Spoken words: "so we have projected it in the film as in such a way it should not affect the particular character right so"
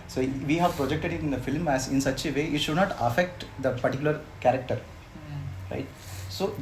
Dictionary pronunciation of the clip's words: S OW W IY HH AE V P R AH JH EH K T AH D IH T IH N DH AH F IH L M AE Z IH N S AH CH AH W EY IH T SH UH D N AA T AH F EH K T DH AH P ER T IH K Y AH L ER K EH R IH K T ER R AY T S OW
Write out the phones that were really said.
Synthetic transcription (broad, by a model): S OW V IY HH AE V P R AH JH EH K T AH D IH T IH N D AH F IH L M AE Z IH N S AH CH AH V EY IH T SH UH D N AA T AH F EH K T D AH P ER T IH K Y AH L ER K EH R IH K T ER R AY T S OW